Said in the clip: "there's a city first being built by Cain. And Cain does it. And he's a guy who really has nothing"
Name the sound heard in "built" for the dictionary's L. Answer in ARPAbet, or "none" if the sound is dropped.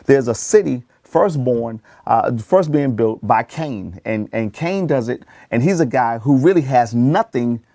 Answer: L